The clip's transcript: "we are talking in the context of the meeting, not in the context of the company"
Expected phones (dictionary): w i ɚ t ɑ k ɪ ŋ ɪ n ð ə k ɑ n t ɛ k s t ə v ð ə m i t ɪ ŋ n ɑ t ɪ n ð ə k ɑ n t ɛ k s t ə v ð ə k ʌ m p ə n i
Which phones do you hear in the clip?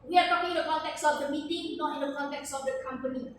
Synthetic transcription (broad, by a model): w i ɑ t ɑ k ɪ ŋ ɪ n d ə k ɑ n t ɛ k s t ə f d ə m i t ɪ ŋ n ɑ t ɪ n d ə k ɑ n t ɛ k s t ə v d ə k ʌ m p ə n i